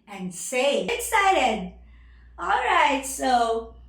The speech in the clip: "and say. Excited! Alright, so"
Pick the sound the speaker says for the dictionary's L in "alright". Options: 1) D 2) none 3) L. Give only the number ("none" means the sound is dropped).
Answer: 3